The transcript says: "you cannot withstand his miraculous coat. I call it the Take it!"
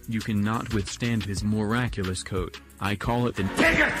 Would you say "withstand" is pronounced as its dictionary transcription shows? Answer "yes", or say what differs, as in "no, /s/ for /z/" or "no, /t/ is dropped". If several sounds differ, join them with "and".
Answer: yes